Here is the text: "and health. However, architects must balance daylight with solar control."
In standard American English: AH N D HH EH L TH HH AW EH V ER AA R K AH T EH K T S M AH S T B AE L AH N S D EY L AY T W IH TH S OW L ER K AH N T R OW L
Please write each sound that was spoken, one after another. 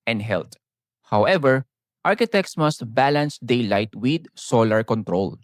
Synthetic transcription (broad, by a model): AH N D HH EH L T HH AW EH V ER AA R K AH T EH K T S M AH S T B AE L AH N S D EY L AY T W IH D S OW L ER K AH N T R OW L